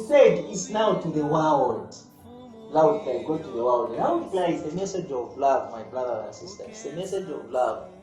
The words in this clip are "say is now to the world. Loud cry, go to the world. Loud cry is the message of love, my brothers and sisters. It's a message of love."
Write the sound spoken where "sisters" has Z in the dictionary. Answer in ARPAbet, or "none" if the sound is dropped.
none